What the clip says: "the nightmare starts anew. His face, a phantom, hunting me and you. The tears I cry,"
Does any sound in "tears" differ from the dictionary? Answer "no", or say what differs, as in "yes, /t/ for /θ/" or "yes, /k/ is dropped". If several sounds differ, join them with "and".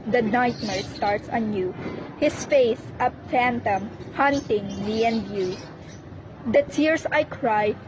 yes, /s/ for /z/